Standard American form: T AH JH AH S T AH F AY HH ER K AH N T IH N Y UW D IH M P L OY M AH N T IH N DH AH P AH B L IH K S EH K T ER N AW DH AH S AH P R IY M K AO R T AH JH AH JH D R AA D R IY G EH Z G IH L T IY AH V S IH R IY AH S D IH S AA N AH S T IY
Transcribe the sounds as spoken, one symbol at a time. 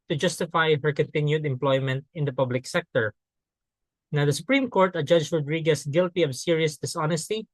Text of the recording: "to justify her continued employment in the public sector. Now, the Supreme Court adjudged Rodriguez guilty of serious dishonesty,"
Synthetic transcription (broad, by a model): T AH JH AH S T AH F AY HH ER K AH N T IH N Y UW D IH M P L OY M AH N T IH N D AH P AH B L IH K S EH K T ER N AW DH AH S AH P R IY M K AO R T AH JH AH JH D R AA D R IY G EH S G IH L T IY AH V S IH R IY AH S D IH S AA N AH S T IY